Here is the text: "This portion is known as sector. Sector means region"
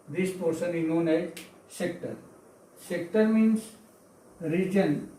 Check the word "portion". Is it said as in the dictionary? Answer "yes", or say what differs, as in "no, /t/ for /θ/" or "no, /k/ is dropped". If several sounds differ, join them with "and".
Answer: no, /s/ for /ʃ/